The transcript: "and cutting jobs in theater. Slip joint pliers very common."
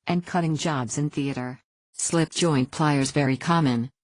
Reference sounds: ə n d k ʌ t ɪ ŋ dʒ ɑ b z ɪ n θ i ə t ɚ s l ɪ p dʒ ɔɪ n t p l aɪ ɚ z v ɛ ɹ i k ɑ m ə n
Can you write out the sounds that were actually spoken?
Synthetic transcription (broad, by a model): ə n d k ʌ t ɪ ŋ dʒ ɑ b z ɪ n θ i ə t ɚ s l ɪ p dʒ ɔɪ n p l aɪ ɚ z v ɛ ɹ i k ɑ m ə n